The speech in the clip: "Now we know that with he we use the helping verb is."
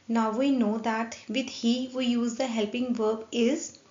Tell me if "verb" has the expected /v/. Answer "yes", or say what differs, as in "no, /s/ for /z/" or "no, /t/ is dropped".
yes